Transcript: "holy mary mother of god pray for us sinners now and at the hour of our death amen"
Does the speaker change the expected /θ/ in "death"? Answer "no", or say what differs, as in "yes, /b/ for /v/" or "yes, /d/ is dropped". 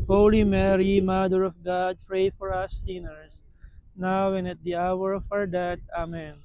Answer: yes, /t/ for /θ/